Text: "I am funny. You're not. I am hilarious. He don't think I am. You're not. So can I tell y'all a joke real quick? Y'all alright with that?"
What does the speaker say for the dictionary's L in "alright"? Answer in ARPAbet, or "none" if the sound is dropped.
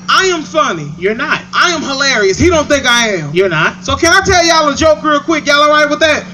none